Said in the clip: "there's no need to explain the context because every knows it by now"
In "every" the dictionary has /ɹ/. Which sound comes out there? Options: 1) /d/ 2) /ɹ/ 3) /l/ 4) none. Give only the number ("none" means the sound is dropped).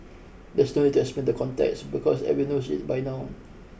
4